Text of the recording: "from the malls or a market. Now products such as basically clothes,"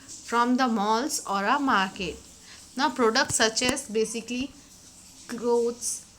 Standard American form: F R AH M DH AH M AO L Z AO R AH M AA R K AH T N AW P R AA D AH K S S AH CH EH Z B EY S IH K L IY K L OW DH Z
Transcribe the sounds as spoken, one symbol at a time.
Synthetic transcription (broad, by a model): F R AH M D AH M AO L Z AO R AH M AA R K AH T N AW P R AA D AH K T S AH CH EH S B EY S IH K L IY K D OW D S